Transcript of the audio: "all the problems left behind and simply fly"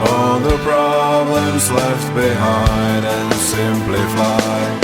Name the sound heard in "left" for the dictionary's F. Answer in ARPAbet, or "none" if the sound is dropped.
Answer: F